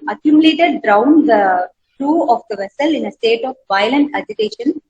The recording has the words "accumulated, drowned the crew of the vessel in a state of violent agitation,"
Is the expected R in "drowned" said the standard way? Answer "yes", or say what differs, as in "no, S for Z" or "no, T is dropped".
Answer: yes